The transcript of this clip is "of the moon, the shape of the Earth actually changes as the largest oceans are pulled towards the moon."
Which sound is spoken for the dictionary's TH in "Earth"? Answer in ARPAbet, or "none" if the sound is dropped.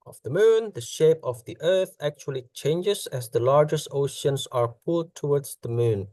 TH